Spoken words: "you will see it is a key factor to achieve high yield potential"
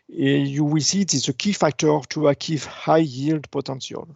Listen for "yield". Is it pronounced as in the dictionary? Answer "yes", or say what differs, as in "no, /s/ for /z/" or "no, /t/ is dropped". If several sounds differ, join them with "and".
yes